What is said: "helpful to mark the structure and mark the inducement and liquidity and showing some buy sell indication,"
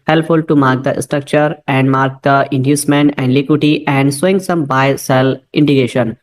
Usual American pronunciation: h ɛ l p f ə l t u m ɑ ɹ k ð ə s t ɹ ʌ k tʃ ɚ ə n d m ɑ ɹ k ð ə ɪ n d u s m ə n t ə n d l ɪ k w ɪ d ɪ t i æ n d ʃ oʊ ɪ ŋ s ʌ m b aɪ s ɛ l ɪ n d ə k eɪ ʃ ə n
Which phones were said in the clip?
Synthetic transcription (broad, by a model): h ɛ l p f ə l t u m ɑ ɹ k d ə s t ɹ ʌ k tʃ ɚ ə n d m ɑ ɹ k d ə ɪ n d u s m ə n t ə n d l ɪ k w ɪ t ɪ t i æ n d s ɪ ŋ s ʌ m b aɪ s ɛ l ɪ n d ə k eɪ ʃ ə n